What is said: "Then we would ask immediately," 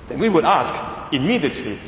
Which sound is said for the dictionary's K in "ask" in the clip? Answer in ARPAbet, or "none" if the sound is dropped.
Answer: K